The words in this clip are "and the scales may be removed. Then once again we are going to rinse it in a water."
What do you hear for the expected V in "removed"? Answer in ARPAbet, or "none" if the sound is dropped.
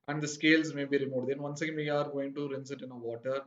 none